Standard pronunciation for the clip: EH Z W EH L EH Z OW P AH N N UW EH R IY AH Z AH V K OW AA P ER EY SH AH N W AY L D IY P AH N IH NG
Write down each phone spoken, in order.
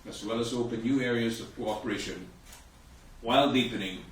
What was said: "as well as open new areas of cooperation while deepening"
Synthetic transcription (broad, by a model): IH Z W EH L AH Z OW P AH N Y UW EH R IY AH Z AH V K OW AA P ER EY SH AH N W AY L D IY P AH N IH NG